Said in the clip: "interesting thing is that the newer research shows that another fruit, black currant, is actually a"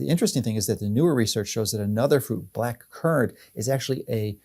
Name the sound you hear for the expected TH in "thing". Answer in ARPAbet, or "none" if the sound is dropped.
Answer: TH